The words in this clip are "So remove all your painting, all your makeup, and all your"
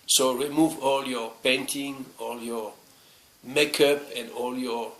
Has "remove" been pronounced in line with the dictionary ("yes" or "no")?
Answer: yes